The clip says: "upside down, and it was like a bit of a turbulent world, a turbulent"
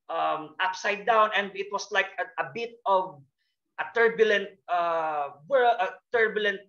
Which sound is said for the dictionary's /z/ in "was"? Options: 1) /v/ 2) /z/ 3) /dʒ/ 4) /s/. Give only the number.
4